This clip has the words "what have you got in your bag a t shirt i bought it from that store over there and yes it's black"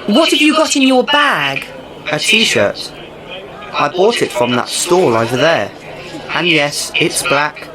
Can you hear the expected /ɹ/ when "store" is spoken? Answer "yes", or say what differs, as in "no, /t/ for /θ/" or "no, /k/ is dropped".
no, /l/ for /ɹ/